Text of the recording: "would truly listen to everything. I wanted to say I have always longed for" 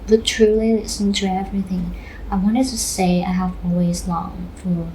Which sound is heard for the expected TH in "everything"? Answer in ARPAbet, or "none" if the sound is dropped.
TH